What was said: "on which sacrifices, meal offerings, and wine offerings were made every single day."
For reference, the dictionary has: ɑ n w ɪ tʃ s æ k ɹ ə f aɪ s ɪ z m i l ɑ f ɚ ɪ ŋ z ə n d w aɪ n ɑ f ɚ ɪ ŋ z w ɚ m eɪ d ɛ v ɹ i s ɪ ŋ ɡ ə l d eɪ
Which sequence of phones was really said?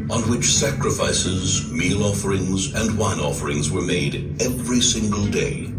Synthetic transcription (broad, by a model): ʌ n w ɪ tʃ s æ k ɹ ə f aɪ s ɪ z m i l ɑ f ɚ ɪ ŋ z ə n w aɪ n ɑ f ɚ ɪ ŋ z w ɚ m eɪ d ɛ v ɹ i s ɪ ŋ ɡ ə l d eɪ